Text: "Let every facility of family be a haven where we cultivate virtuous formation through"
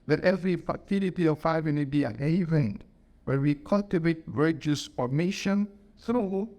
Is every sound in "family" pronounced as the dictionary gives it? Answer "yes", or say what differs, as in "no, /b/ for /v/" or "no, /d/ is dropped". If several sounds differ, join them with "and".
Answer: no, /n/ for /l/